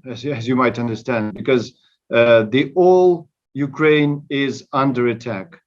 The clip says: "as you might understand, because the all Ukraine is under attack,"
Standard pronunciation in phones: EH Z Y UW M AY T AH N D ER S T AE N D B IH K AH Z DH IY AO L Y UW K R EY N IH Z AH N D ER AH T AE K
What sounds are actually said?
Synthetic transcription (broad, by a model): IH Z Y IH M AY T AH N D ER S T AE N D B IH K AH Z DH IY AO L Y UW K R EY N IH Z AH N D ER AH T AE K